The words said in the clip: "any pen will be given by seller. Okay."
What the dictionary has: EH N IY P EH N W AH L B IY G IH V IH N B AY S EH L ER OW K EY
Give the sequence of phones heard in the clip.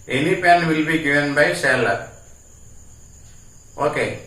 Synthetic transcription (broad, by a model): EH N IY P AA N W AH L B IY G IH IH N B AY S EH L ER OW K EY